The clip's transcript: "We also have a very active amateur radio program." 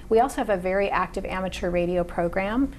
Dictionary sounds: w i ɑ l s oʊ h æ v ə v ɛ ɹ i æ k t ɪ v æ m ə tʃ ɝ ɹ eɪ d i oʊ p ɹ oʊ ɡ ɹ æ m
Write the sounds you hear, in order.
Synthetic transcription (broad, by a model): w i ɑ l s oʊ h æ v ə v ɛ ɹ i æ k t ɪ v æ m ə tʃ ɝ ɹ eɪ d i oʊ p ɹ oʊ ɡ ɹ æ m